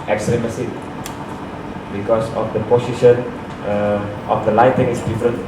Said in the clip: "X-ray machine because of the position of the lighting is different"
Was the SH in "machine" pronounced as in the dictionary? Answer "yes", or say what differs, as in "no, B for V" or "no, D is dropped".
no, S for SH